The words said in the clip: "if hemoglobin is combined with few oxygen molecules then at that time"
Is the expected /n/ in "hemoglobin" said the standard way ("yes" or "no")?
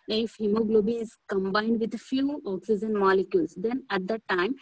no